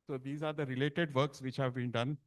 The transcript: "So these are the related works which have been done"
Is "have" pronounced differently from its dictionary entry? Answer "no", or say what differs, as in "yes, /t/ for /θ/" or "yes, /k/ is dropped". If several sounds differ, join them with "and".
no